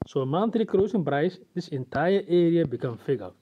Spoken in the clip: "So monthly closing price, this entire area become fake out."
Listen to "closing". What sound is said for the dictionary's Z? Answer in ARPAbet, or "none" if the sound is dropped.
S